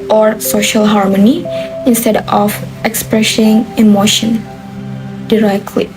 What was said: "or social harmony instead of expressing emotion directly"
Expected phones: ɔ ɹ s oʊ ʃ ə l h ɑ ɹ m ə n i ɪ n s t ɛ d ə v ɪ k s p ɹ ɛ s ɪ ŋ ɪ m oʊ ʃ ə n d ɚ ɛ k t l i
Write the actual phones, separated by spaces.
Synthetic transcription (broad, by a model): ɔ ɹ s oʊ ʃ ə l h ɑ ɹ m ə n i ɪ n s t ɛ d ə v ɪ k s p ɹ ɛ s ɪ ŋ ɪ m oʊ ʃ ə n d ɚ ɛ k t l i